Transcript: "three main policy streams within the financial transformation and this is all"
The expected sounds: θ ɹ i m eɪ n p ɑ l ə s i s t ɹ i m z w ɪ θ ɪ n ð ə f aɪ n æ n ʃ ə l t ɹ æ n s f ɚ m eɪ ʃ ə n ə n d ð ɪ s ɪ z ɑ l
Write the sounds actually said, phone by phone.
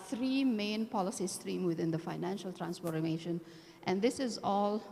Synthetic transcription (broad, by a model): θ ɹ i m eɪ n p ɑ l ə s i s t ɹ i m w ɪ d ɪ n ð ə f aɪ n æ n ʃ ə l t ɹ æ n s p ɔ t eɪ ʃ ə n ə n d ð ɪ s ɪ z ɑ l